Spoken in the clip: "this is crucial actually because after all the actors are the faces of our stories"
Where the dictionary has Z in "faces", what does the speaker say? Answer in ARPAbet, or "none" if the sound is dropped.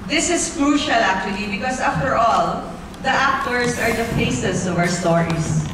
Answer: S